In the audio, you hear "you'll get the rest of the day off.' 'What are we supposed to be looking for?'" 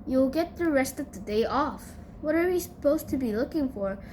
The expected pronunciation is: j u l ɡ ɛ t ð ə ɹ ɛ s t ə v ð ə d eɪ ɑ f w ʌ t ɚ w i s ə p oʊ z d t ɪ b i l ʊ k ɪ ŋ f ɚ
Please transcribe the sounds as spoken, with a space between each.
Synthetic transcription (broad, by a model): j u l ɡ ɛ t ð ə ɹ ɛ s t ə v ð ə d eɪ ɑ f w ʌ t ɚ w i s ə p oʊ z t ɪ b i l ʊ k ɪ ŋ f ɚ